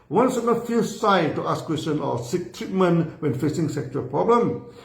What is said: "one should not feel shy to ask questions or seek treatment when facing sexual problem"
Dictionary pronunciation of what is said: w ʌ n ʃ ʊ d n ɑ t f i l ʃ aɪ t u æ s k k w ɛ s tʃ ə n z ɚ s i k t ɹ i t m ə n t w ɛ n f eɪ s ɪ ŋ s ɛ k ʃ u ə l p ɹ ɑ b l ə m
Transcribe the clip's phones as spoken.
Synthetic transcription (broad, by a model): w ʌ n s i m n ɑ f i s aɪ t u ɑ s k k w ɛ s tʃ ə n ɔ s i k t ɹ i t m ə n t w ɛ n f eɪ s ɪ ŋ s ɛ k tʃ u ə l p ɹ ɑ b l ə m